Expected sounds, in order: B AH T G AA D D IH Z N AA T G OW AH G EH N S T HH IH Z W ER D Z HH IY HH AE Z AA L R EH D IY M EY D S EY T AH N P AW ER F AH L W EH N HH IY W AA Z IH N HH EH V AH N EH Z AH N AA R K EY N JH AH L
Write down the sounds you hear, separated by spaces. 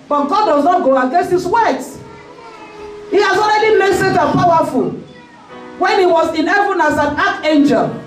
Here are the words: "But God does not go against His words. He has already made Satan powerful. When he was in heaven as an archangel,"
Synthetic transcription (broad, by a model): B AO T G AA D D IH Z N AA T G OW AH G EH S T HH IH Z W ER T HH IY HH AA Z AA L R EH D IY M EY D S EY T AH P AW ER F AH L W EH N HH IY W AA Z IH N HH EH V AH N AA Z AH N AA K EY N JH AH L